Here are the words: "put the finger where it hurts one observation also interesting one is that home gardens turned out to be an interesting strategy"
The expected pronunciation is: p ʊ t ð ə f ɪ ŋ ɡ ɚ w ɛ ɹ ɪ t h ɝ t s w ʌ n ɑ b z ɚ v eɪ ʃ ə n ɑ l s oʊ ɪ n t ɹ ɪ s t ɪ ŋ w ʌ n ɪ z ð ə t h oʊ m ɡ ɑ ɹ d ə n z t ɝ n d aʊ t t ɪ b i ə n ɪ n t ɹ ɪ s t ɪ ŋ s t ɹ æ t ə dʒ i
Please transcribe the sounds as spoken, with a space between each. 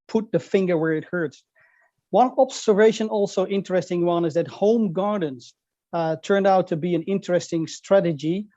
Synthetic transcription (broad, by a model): p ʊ t ð ə f ɪ ŋ ɡ ɚ w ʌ ɹ ɪ t h ɝ t s w ʌ n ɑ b s ɚ v eɪ ʃ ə n ɑ l s oʊ ɪ n t ɹ ɪ s t ɪ ŋ w ʌ n ɪ z ð ə t h oʊ m ɡ ɑ ɹ d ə n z t ɝ n d aʊ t t ɪ b i ə n ɪ n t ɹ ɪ s t ɪ ŋ s t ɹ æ t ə dʒ i